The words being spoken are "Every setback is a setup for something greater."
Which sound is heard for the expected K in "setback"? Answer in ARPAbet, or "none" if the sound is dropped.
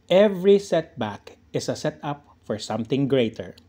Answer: K